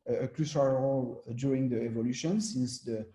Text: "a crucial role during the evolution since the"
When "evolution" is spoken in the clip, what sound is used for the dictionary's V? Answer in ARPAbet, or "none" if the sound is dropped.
V